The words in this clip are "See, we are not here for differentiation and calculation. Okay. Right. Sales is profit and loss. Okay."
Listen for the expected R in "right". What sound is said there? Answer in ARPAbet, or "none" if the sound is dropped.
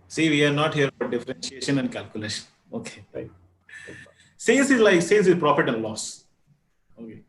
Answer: L